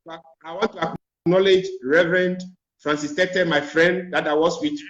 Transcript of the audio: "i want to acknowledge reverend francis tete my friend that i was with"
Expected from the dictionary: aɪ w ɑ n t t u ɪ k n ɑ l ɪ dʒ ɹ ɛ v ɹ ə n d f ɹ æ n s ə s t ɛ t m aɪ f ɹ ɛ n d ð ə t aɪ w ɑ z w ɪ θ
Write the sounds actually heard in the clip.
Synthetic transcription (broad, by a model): aɪ w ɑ n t t u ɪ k n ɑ l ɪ dʒ ɹ ɛ v ɹ ə n d f ɹ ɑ n s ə s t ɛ t m aɪ f ɹ ɛ n d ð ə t aɪ w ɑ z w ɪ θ